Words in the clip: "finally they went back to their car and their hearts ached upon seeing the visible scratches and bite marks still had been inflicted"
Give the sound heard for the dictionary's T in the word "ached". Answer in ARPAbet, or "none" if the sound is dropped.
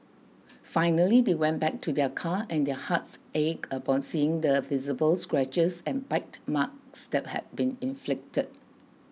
none